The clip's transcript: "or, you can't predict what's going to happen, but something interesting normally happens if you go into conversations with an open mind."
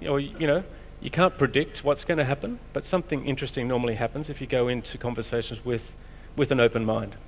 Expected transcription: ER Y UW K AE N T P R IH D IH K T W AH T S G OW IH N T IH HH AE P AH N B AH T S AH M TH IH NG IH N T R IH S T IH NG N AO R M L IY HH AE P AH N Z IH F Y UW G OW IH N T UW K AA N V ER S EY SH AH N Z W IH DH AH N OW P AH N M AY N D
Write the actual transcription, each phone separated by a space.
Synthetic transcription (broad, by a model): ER Y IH K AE N P R IH D IH K T W AH T S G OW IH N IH HH AE P AH N B AH T S AH M TH IH NG IH N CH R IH S T IH NG N AO R M L IY HH AE P AH N Z IH F Y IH G OW IH N T UW K AA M V ER S EY SH N Z W IH DH AH N OW P AH N M AY N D